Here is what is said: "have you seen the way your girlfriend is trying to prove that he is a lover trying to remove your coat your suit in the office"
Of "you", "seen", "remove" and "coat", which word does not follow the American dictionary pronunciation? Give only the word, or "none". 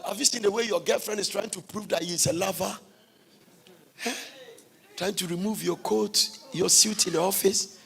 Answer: none